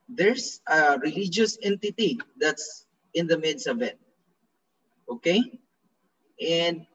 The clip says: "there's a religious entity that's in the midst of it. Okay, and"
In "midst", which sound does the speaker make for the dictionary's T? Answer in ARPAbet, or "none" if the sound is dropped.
none